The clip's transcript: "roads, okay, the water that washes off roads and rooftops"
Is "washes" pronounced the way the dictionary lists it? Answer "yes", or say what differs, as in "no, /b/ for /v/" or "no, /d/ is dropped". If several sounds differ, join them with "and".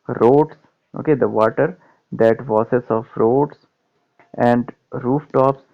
no, /s/ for /ʃ/